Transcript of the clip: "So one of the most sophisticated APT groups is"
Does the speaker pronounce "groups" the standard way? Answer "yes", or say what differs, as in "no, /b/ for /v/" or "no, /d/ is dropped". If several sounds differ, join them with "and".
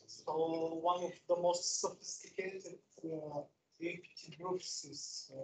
no, /f/ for /p/